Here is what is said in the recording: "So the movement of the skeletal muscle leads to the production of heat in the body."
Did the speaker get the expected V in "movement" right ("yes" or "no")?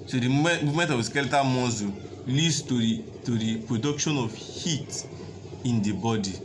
no